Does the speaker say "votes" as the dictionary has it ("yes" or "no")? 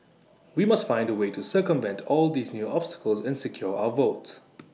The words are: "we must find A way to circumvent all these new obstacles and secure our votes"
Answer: yes